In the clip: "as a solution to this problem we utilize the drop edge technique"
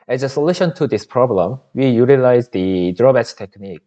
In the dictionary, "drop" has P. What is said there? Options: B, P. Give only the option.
B